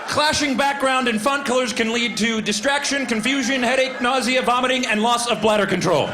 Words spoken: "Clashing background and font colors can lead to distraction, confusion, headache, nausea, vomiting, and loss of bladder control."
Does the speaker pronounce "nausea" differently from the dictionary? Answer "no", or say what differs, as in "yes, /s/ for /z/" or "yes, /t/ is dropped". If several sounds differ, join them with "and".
no